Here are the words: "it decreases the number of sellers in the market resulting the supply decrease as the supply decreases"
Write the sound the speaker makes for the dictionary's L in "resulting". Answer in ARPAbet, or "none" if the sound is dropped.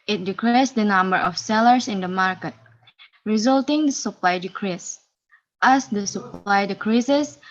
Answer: L